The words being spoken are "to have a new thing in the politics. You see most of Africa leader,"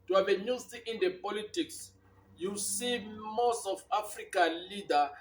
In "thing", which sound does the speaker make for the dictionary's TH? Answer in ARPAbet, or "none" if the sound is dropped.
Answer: T